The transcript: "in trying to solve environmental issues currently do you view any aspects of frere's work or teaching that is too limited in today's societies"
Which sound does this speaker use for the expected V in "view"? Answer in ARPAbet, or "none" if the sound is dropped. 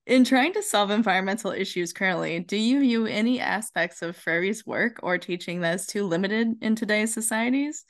V